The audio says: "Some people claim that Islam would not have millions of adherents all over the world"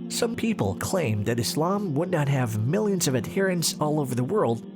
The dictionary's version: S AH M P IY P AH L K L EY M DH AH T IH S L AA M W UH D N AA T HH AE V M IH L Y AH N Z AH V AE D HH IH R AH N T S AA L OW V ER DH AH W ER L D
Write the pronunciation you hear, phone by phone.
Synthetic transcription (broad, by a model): S AH M P IY P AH L K L EY M DH AH T IH S L AA M W UH D N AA T HH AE V M IH L Y AH N Z AH V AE D HH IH R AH N S AA L OW V ER DH AH W ER L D